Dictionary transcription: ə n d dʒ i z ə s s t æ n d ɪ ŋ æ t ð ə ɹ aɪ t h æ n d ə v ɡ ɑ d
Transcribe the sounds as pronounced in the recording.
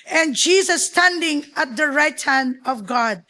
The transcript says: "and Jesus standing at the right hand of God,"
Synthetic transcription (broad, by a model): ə n dʒ i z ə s s t æ n d ɪ ŋ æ t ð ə ɹ aɪ t h æ n d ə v ɡ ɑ d